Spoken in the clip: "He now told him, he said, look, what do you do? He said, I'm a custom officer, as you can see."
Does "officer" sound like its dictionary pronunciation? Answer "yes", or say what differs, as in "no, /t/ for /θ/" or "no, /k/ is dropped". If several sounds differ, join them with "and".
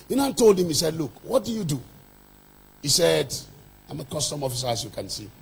yes